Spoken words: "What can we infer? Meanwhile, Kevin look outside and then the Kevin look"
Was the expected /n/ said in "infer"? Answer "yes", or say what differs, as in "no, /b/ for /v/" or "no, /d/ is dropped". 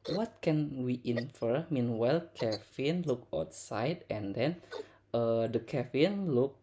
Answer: yes